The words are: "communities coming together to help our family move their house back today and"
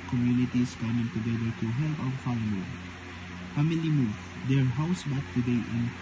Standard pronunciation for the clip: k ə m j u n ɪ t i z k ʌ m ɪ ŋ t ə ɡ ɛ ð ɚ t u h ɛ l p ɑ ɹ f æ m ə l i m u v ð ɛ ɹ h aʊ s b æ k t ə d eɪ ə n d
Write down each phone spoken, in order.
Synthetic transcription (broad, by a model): k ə m j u n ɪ t i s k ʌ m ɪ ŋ t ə ɡ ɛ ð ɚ t u h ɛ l f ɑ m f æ m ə l i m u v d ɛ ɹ h aʊ s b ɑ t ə d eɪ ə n